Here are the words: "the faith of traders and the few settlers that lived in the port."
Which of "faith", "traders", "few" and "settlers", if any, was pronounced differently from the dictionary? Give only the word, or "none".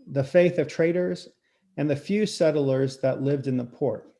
none